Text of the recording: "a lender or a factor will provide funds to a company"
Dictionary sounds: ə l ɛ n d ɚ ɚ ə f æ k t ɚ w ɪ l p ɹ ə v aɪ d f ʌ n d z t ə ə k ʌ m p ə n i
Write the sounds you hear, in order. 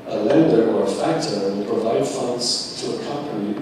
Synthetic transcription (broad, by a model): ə l ɛ n d ɚ ɚ ə f æ k t ɚ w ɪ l p ɹ ə v aɪ d f ʌ n d z t ə ə k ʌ m p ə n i